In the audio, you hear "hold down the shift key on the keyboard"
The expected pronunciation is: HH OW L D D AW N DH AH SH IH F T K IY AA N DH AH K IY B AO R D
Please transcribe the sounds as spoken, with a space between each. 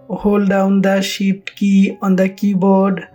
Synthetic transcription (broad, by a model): HH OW L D D AW N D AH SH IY P T K IY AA N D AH K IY B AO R D